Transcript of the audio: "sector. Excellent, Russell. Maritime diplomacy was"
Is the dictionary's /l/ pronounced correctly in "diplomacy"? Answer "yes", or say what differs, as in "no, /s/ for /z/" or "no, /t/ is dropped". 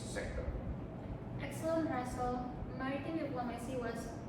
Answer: yes